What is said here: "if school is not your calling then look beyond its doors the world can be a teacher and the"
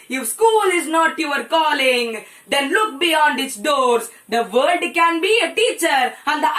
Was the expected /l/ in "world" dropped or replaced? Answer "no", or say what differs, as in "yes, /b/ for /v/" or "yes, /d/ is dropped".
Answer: yes, /l/ is dropped